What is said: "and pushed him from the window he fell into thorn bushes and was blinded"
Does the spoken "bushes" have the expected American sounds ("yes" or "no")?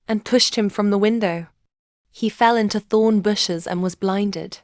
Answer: yes